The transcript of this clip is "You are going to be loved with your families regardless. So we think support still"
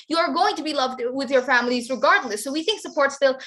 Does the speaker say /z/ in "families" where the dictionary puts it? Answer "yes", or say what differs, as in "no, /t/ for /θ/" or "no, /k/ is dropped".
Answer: yes